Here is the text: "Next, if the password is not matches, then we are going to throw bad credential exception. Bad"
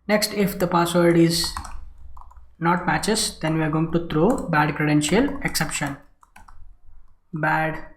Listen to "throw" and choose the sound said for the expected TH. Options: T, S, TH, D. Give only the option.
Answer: T